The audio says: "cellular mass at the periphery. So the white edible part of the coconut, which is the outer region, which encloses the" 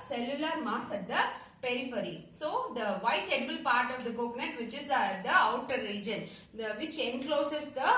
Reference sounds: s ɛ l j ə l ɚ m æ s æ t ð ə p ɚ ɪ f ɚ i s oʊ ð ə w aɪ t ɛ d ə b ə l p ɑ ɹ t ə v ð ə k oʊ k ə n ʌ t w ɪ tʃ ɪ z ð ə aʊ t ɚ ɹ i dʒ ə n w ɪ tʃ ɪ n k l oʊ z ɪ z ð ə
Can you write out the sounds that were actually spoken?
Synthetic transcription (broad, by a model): s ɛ l j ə l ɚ m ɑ s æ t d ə p ɚ ɪ f ɚ i s oʊ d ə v aɪ t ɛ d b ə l p ɑ ɹ t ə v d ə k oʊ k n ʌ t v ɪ tʃ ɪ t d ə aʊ t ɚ ɹ i dʒ ə n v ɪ tʃ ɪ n k l oʊ s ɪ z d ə